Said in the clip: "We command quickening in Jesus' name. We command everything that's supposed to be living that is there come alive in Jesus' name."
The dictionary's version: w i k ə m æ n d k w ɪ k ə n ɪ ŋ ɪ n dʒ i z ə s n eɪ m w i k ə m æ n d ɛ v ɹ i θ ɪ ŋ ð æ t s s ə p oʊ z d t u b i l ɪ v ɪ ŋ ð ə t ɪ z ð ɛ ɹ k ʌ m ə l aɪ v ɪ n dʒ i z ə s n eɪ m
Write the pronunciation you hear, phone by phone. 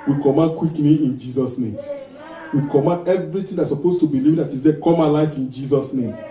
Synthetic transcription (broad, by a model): w i k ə m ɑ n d k w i k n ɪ ɪ n dʒ i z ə s n eɪ m w i k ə m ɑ n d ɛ v ɹ i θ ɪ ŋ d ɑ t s s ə p oʊ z t u b i l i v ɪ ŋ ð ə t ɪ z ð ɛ k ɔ m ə l aɪ f ɪ n dʒ i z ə s n eɪ m